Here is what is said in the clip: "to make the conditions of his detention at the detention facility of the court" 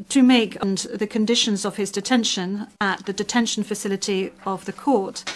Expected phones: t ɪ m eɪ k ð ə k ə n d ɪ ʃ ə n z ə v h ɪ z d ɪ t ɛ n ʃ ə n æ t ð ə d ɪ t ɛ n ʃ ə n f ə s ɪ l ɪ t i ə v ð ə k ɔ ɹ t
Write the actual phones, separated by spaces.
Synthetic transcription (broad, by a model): t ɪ m eɪ k ð ə k ə n d ɪ ʃ ə n z ə v ɪ z d ɪ t ɛ n ʃ ə n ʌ t ð ə d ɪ t ɛ n ʃ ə n f ə s ɪ l ɪ t i ə v ð ə k ɔ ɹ t